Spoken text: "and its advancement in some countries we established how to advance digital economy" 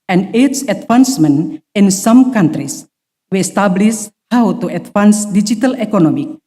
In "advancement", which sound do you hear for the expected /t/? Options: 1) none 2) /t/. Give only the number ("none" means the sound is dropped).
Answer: 1